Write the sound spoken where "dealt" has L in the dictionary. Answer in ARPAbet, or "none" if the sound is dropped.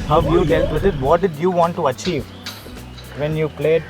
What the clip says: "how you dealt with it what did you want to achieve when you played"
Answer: none